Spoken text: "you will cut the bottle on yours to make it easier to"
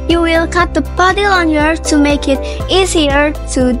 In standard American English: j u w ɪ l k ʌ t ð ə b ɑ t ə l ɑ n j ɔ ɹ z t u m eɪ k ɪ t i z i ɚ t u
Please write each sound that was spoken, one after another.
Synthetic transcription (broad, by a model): j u w ɪ l k ʌ t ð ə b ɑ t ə l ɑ n j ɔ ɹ t u m eɪ k ɪ t i z i ɚ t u